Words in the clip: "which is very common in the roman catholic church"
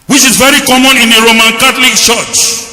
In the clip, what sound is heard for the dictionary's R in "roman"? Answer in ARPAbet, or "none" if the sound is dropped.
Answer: R